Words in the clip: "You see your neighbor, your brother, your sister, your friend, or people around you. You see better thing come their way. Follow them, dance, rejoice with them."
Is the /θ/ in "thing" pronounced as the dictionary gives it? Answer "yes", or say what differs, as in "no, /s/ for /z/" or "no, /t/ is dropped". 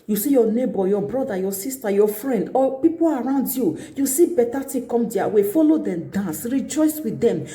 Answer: no, /t/ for /θ/